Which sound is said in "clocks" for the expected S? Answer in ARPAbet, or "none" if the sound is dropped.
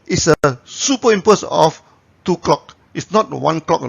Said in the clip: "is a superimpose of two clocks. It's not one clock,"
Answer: none